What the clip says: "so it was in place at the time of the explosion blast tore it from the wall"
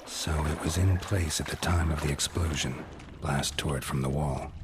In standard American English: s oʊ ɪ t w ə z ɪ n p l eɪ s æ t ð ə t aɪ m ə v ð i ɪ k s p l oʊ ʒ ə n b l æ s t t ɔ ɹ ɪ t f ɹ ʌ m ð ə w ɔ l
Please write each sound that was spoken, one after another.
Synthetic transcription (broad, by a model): s oʊ ɪ t w ə z ɪ n p l eɪ s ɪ t ð ə t aɪ m ə v ð i ɪ k s p l oʊ ʒ ə n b l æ s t t ɔ ɹ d f ɹ ʌ m ð ə w ɔ l